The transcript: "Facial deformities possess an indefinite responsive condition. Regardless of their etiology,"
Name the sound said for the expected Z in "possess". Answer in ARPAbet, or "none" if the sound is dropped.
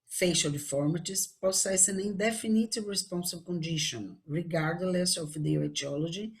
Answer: S